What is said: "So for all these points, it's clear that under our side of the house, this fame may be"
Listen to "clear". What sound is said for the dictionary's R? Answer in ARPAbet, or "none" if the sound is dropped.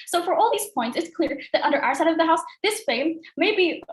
R